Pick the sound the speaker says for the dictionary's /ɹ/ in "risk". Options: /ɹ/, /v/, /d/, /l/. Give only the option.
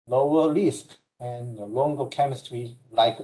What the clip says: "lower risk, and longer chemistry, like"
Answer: /l/